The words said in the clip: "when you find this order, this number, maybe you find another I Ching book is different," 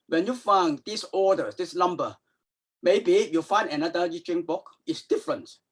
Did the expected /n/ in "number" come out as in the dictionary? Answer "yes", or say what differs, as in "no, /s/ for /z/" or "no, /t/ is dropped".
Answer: no, /l/ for /n/